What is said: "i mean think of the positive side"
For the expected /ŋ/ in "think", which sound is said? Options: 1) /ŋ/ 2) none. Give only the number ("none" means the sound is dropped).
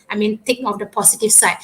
2